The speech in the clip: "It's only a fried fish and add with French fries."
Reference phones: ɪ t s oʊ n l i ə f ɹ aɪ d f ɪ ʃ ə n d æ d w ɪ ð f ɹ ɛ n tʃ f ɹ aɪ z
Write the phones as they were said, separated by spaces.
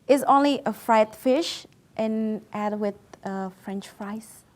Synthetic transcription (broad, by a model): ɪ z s oʊ n l i ə f ɹ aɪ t f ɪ ʃ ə n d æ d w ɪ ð f ɹ ɛ n tʃ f ɹ aɪ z